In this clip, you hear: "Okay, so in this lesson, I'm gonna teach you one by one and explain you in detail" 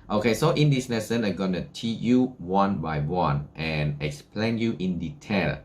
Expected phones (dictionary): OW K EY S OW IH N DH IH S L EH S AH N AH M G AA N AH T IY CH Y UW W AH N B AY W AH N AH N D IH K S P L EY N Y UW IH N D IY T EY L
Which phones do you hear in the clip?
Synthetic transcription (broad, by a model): OW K EY S OW IH N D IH S N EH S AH N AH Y G AA N AH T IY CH Y UW W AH N B AY W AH N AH N IH K S P L EY N Y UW IH N D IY T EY L